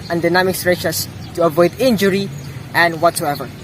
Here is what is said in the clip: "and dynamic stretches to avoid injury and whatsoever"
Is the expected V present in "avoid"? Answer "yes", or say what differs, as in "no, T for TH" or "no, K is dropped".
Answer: yes